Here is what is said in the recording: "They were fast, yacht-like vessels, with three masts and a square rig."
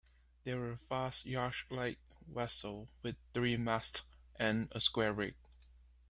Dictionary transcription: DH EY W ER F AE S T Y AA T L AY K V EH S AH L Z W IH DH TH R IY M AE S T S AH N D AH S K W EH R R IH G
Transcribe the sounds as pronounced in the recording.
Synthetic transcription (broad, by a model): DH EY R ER F AE S T Y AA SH L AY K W EH S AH L W IH DH TH R IY M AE S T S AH N AH S K W EH R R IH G